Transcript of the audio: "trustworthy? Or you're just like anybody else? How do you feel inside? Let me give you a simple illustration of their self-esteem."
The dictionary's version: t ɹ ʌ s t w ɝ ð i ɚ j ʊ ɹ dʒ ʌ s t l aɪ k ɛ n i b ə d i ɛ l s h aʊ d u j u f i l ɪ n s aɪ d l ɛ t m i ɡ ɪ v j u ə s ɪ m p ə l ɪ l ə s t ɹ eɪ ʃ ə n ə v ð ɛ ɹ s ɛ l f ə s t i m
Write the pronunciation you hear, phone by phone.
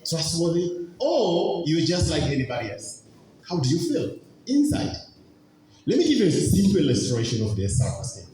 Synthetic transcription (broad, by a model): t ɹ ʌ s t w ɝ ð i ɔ j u w dʒ ʌ s t l aɪ k ɛ n i b ə d i ɛ l s h aʊ d u j u f i l ɪ n s aɪ d l ɛ t m i ɡ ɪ v j u ə s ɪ m p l ɪ l ə s t ɹ eɪ ʃ ə n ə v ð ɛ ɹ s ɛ f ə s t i